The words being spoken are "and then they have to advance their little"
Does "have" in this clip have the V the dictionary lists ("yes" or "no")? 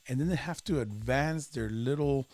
no